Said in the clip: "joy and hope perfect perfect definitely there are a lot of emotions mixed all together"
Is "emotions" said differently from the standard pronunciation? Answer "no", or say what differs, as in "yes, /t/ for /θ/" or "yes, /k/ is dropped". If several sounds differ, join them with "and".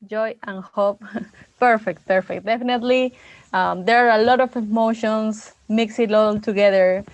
yes, /s/ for /z/